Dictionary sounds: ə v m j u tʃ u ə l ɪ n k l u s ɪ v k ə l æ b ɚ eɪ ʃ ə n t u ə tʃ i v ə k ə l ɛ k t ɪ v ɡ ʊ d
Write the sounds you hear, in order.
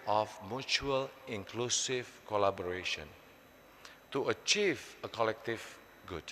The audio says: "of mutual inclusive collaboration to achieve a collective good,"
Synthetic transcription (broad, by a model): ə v m j u tʃ u ə l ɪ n k l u s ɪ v k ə l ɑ b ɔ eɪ ʃ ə n t u ə tʃ i v ə k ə l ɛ k t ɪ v ɡ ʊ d